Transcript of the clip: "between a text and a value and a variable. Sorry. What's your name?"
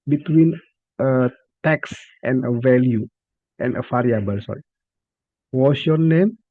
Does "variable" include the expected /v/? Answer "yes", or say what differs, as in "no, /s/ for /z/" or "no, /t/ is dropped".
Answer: no, /f/ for /v/